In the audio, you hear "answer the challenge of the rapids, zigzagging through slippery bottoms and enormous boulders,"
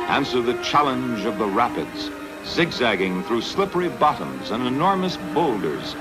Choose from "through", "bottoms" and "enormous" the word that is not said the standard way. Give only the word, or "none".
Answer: none